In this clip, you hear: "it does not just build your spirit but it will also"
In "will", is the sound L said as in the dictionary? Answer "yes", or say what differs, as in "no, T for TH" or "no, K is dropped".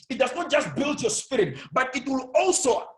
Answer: yes